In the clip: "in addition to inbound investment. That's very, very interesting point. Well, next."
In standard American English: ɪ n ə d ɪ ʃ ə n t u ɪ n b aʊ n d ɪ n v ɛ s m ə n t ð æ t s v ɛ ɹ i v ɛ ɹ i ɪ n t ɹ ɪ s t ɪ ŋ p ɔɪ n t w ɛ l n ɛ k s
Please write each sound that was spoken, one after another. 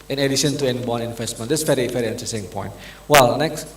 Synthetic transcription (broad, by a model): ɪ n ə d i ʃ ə n t u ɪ n b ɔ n ɪ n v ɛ s m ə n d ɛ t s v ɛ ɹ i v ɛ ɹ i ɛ n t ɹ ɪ s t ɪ ŋ p ɔɪ n t w ɛ l n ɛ k s